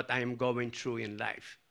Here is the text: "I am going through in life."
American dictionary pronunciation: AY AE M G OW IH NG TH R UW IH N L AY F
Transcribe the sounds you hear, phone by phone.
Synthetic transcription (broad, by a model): AY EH M G OW IH NG T R UW IH N L AY F